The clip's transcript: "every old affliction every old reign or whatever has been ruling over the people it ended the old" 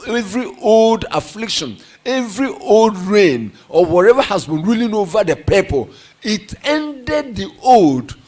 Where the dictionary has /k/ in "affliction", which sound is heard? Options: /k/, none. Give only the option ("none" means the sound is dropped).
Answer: /k/